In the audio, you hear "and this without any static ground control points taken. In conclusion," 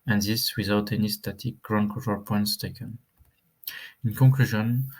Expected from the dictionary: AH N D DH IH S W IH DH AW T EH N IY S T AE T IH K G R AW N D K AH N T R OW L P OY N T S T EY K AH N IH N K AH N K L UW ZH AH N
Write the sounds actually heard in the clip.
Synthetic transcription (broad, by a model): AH N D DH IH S W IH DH AW T EH N IY S T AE T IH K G R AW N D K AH T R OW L P OY N T S T EY K AH N IH N K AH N K L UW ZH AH N